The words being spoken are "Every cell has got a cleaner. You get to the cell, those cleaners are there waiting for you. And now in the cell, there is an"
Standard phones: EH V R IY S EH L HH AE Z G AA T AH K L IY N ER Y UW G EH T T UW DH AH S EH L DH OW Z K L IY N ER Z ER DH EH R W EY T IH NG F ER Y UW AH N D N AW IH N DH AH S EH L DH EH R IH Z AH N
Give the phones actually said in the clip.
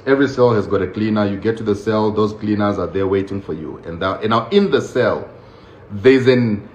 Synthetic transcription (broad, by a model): EH V R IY S EH L HH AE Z G AA T AH K L IY N ER Y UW G EH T T UW DH AH S EH L DH OW Z K L IY N ER Z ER DH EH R W EY T IH NG F ER Y UW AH N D N AW IH N DH AH S EH L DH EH IH Z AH N